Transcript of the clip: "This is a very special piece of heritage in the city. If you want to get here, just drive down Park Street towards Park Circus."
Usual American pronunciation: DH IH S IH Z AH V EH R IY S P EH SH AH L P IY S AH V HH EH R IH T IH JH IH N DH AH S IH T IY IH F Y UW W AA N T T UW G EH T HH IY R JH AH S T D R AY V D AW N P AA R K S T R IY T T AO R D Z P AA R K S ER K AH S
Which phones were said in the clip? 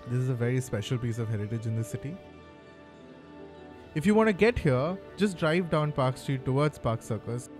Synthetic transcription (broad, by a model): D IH S IH Z AH V EH R IY S P EH SH AH L P IY S AH V HH EH R IH T IH JH IH N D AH S IH T IY IH F Y UW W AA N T T UW G EH T HH IY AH JH AH S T D R AY V D AW N P AA R K S T R IY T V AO R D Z P AA R K S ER K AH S